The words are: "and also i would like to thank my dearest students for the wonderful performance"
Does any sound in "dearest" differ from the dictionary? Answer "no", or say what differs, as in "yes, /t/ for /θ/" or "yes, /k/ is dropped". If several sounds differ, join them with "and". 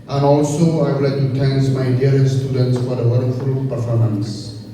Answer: yes, /ɹ/ is dropped and /s/ is dropped